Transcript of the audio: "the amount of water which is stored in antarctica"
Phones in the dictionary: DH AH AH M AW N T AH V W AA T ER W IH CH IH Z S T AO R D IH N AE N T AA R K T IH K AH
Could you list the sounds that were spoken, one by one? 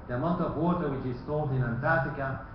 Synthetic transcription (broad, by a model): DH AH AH M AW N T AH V W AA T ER W IH CH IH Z S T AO L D IH N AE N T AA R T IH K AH